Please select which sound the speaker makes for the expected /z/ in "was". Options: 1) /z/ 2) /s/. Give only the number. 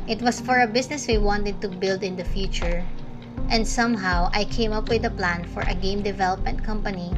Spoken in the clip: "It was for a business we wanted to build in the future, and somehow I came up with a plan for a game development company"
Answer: 2